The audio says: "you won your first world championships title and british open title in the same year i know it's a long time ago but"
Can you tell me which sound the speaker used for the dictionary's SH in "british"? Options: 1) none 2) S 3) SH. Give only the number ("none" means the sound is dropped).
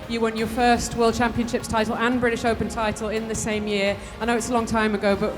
3